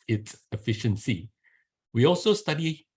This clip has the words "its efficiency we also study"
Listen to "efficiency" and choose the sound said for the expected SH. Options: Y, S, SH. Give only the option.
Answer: SH